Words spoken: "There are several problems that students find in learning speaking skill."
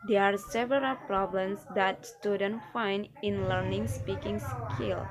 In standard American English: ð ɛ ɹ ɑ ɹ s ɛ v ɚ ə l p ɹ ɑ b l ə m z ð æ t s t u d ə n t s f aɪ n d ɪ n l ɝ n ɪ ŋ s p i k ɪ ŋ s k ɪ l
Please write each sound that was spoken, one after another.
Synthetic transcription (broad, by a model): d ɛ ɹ ɑ ɹ s ɛ v ɚ ə l p ɹ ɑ b l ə m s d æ t s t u d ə n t f aɪ n d ɪ n l ɝ n ɪ ŋ s p i k ɪ ŋ s k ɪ l